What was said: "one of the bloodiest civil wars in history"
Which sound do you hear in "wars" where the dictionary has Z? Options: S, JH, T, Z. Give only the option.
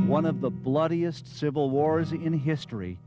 Z